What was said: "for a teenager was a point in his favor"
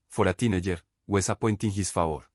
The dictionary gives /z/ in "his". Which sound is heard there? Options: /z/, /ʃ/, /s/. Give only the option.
/s/